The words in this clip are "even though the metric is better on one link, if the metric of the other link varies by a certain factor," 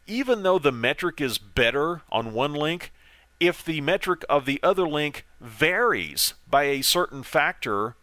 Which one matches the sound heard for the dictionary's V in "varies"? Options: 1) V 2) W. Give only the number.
1